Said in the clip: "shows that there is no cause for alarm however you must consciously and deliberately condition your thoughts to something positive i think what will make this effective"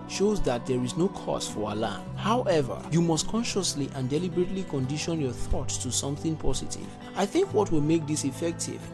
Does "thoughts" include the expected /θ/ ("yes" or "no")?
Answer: yes